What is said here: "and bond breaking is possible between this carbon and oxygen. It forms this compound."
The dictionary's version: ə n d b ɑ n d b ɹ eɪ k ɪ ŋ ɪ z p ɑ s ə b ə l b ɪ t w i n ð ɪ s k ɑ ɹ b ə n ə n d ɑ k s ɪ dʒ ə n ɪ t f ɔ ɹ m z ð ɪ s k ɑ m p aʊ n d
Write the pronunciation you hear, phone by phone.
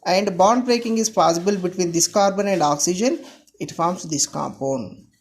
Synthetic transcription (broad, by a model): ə n d b ɑ n d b ɹ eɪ k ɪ ŋ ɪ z p ɑ s ə b ə l b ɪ t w i n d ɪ s k ɑ ɹ b ə n ə n d ɑ k s ɪ dʒ ə n ɪ t f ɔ ɹ m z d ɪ s k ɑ m p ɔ n